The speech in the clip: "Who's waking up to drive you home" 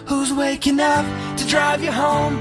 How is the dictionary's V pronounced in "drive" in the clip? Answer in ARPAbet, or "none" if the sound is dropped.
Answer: V